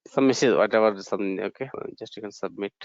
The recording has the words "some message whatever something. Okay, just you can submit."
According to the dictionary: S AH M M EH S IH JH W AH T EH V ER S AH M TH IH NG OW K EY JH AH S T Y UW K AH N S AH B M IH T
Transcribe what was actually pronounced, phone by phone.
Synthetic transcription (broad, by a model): S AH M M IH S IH Z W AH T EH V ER S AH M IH OW K EY JH AH S T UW K AH N S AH B M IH T